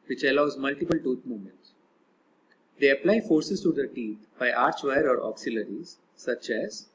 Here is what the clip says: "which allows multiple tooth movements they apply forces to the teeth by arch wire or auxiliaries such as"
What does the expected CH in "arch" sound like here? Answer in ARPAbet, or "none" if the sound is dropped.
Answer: CH